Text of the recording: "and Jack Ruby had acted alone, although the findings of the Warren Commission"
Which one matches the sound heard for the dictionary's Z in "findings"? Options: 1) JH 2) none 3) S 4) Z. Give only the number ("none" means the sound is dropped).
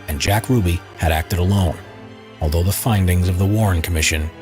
4